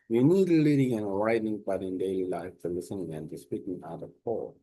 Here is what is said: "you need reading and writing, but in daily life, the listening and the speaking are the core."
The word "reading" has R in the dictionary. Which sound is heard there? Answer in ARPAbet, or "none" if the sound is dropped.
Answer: L